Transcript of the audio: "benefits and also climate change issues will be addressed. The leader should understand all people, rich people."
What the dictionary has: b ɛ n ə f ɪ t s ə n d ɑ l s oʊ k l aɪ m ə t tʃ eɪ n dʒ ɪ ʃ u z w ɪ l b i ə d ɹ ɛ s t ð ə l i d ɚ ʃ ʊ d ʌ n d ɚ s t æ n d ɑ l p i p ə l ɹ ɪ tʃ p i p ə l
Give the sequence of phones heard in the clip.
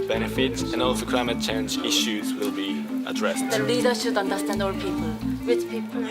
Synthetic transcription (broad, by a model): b ɛ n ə f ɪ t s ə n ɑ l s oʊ k l aɪ m ə t tʃ eɪ n dʒ ɪ ʃ u z w ɪ l b i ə d ɹ ɛ s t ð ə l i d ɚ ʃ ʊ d ʌ n d ɚ s t æ n d ɑ l p i p ə l w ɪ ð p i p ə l